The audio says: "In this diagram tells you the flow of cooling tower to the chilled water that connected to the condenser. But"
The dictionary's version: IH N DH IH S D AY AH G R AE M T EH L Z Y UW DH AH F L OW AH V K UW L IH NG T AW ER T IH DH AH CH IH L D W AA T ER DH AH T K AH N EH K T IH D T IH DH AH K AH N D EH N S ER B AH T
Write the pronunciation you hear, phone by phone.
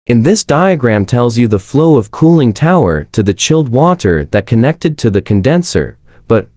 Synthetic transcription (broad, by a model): IH N DH IH S D AY AH G R AE M T EH L Z Y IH DH AH F L OW AH V K UW L IH NG T AW ER T IH DH AH CH IH L D W AA T ER DH AH T K AH N EH K T IH D T IH DH AH K AH N D EH N S ER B AH T